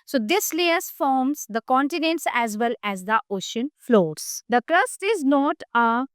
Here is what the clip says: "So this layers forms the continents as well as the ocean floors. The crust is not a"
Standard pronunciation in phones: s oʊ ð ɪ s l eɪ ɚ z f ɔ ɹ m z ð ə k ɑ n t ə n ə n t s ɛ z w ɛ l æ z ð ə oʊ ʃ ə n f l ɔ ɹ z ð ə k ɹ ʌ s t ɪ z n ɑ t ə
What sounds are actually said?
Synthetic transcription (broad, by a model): s oʊ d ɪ s l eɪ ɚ s f ɔ ɹ m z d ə k ɑ n t ə n ə n t s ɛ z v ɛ l æ z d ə oʊ ʃ ə n f l ɔ ɹ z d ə k ɹ ʌ s t ɪ z n ɑ t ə